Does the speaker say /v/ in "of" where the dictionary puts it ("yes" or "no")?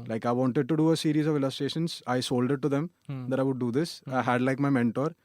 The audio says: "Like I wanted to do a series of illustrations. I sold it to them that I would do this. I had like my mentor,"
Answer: yes